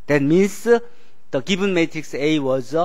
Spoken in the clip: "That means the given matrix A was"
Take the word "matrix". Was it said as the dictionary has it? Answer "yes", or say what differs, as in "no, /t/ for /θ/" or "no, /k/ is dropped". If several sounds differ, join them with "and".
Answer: yes